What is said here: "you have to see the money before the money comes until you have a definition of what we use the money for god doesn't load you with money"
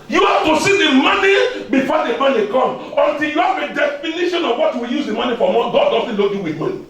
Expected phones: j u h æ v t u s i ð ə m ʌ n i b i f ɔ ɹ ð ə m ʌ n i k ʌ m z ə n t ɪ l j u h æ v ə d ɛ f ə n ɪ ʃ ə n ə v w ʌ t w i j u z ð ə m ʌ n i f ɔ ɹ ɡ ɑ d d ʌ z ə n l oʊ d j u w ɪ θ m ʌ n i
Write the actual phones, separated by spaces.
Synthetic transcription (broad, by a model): j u h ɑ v t u s i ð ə m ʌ n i b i f ɔ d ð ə m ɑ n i k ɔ m ə n t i l j u h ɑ v ə d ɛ f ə n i ʃ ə n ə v w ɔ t w i j u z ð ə m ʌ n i f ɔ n ɡ ɑ d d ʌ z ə n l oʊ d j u w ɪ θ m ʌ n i